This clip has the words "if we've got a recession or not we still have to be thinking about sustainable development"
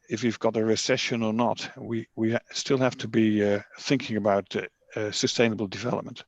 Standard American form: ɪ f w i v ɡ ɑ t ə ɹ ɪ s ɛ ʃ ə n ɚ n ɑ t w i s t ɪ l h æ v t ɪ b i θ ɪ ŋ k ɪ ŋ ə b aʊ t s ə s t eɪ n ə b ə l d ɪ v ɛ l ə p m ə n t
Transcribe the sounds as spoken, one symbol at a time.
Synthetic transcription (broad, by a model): ɪ f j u v ɡ ɑ t ə ɹ ɪ s ɛ ʃ ə n ɚ n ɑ t w i s t ɪ l h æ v t ɪ b i θ ɪ ŋ k ɪ ŋ ə b aʊ t s ə s t eɪ n ə b ə l d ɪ v ɛ l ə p m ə n t